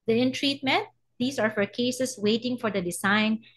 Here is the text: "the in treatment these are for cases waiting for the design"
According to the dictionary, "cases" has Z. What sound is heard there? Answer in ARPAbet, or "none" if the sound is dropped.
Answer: S